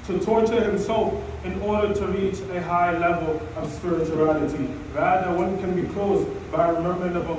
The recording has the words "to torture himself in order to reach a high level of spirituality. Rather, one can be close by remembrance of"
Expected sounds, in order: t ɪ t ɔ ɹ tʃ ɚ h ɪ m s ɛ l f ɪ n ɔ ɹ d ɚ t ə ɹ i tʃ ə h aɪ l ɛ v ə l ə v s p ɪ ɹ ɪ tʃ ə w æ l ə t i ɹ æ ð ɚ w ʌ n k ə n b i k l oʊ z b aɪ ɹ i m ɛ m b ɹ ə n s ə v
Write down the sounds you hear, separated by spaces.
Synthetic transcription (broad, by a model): t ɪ t ɔ ɹ tʃ ɚ h ɪ m s ɛ l f ɪ n ɔ ɹ d ɚ t ə ɹ i tʃ ə h aɪ l ɛ v ə l ə v s p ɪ ɹ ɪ tʃ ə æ l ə t i ɹ æ ð ɚ w ʌ n k ə n b i k l oʊ z b aɪ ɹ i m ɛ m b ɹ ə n ə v